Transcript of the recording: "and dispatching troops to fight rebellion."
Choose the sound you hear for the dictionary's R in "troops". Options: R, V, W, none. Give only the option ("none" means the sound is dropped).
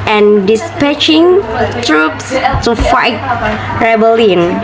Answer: R